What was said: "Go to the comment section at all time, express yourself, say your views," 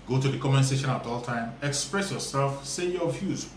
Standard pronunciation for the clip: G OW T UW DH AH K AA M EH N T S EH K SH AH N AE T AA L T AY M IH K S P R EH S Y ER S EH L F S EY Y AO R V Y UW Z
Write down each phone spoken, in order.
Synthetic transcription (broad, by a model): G OW T UW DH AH K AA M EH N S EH SH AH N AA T AA L T AY M IH K S P R EH S Y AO S EH L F S EY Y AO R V Y UW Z